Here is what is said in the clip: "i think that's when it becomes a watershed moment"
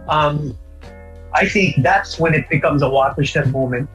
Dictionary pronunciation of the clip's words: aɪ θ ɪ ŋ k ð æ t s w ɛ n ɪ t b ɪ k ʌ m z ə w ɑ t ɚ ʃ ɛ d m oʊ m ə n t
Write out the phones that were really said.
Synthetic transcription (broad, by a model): aɪ θ ɪ ŋ k ð æ t s w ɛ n ɪ t b ɪ k ʌ m z ə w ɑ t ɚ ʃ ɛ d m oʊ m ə n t